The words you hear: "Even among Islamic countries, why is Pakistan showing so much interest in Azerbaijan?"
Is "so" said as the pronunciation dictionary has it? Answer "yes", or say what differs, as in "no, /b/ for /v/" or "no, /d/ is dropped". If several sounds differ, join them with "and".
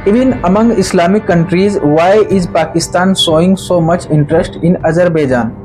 yes